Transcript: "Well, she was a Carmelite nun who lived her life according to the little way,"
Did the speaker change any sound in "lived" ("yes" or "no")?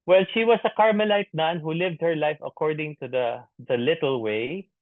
no